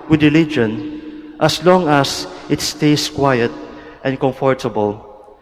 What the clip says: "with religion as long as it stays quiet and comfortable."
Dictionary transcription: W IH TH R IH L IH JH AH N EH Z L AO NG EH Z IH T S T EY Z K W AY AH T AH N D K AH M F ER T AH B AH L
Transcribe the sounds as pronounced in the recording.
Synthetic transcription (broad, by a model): W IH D R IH L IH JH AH N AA S L AO NG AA S IH T S T EY S K W AY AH T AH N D K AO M F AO T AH B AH L